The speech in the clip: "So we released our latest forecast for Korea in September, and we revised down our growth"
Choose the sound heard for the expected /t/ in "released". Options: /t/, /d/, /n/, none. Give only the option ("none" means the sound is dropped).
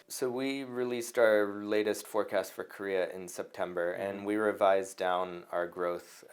/t/